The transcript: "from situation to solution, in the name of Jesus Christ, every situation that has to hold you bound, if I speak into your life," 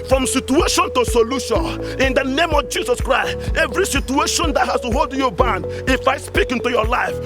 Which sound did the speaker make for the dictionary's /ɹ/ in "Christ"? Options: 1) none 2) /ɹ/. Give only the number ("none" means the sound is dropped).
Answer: 2